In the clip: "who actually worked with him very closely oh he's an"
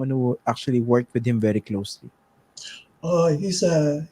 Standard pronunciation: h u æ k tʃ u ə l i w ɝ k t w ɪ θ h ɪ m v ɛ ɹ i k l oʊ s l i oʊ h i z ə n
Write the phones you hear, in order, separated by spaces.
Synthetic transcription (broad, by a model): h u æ k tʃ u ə l i w ɝ k t w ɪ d h ɪ m v ɛ ɹ i k l oʊ s l i oʊ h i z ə